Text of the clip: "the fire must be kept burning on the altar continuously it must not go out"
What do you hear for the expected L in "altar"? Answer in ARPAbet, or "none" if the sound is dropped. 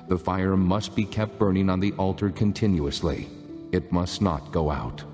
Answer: L